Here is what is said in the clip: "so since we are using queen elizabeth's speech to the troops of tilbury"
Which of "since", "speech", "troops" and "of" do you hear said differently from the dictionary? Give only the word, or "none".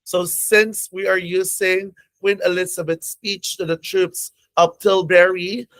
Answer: of